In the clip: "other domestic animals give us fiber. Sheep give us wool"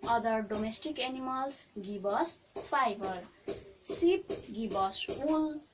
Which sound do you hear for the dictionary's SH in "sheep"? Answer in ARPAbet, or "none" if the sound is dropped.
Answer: S